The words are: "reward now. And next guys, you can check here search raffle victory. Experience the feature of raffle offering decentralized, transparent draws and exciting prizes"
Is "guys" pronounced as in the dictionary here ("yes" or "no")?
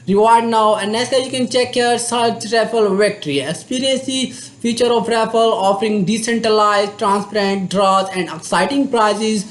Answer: no